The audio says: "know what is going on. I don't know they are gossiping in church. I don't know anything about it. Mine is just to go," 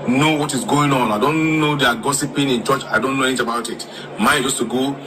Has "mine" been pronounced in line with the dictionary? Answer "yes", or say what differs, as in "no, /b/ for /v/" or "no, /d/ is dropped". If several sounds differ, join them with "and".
no, /n/ is dropped